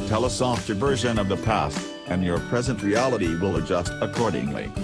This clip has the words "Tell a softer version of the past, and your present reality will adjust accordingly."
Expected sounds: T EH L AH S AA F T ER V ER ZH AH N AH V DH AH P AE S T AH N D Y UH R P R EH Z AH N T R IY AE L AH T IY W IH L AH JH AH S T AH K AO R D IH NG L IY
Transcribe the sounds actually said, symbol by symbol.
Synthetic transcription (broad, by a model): T EH L AH S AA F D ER V ER ZH AH N AH V DH AH P AE S T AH N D Y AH R P R EH Z AH N T R IY AE L AH T IY W IH L AH JH AH S T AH K AO R D IH NG L IY